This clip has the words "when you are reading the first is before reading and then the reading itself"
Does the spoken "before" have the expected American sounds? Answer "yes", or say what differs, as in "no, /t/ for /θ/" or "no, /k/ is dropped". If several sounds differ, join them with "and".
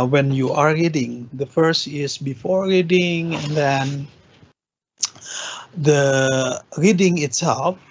yes